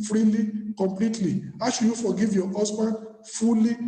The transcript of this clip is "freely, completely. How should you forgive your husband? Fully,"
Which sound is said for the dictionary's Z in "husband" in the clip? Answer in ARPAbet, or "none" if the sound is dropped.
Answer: S